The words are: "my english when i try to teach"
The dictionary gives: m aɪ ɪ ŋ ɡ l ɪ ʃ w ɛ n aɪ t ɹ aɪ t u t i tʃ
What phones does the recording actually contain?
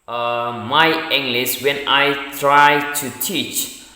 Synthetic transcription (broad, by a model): m aɪ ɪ ŋ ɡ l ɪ s w ɛ n aɪ t ɹ aɪ t u t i tʃ